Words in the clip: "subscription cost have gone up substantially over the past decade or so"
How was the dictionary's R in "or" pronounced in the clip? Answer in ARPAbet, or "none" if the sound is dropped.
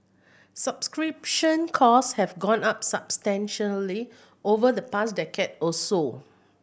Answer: L